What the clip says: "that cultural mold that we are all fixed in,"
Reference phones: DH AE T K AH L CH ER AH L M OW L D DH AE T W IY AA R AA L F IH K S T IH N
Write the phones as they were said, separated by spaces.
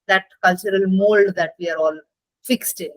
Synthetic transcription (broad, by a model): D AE T K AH L CH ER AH L M OW L D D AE T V IY AA R AA L F IH K S T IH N